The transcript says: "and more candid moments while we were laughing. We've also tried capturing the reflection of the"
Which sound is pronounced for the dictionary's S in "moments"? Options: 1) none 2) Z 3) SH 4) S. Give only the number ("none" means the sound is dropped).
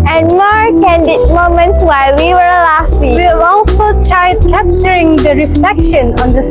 4